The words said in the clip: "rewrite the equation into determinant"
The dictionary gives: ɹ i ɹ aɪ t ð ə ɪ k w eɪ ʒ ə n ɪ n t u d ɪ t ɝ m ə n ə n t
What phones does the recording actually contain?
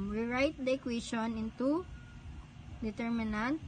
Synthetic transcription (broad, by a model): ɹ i ɹ aɪ t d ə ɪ k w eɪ ʃ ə n ɪ n t u d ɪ t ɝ m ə n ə n t